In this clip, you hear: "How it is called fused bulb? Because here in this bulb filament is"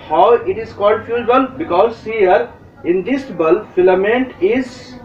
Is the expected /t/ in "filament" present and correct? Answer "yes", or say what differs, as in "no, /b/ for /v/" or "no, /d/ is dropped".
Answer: yes